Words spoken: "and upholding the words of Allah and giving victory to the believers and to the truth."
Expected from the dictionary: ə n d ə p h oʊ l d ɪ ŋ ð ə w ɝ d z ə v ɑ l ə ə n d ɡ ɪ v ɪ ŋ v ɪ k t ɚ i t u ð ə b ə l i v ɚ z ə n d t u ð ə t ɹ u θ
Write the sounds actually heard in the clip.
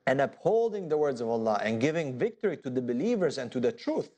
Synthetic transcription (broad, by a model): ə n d ə p h oʊ l d ɪ ŋ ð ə w ɝ d z ə v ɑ l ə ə n ɡ ɪ v ɪ ŋ v ɪ k t ɚ i t u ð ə b ə l i v ɚ z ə n t u ð ə t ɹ u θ